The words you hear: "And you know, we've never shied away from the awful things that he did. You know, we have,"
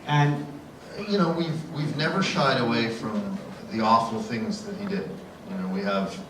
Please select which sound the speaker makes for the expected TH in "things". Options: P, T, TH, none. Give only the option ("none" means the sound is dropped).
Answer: TH